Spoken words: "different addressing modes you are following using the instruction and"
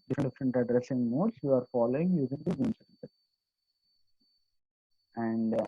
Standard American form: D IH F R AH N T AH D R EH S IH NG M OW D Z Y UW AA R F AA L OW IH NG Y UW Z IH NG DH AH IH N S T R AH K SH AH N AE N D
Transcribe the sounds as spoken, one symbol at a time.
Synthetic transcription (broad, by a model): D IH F R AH N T AH D R EH S IH NG M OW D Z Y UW AA R F AA L OW IH NG Y UW Z IH NG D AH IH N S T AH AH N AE N D